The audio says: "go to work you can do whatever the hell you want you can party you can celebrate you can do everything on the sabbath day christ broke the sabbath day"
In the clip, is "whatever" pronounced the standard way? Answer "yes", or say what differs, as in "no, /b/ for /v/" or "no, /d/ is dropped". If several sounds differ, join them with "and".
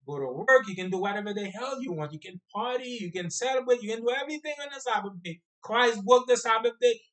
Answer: yes